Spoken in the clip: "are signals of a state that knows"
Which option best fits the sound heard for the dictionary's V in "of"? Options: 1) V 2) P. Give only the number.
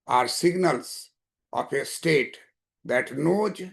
2